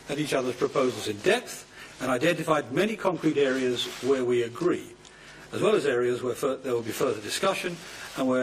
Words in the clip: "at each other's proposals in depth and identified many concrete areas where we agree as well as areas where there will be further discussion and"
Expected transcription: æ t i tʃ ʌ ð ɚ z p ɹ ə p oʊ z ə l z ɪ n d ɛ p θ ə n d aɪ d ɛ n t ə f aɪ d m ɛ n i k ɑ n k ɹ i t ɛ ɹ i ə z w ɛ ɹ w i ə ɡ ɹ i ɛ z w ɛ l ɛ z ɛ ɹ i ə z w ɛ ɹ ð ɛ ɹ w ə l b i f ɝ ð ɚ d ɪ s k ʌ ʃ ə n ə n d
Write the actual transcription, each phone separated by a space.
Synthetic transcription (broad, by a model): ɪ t i tʃ ʌ ð ɚ z p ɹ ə p oʊ z l z ɪ n d ɛ p θ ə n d aɪ d ɛ n t ə f aɪ d m ɛ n i k ɑ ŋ k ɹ i t ɛ ɹ i ə z w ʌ ɹ w i ə ɡ ɹ i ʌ z w ɛ l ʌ z ɛ ɹ i ə z w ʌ ɹ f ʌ ɹ w ə l b i f ɝ ð ɚ d ɪ s k ʌ ʃ ə n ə n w